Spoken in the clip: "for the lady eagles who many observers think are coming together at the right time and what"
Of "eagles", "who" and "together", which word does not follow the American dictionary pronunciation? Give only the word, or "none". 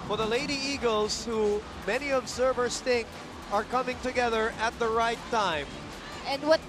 none